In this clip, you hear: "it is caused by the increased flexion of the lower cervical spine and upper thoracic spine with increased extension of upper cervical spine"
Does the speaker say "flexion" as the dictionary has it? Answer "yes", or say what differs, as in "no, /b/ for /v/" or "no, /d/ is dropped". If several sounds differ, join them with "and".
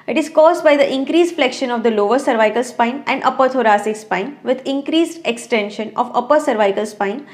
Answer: yes